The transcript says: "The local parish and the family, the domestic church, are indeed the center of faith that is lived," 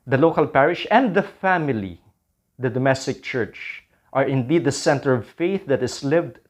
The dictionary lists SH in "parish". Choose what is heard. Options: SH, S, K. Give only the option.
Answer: SH